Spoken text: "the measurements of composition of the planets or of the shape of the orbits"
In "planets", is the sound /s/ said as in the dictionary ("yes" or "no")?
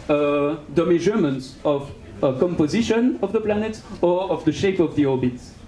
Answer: no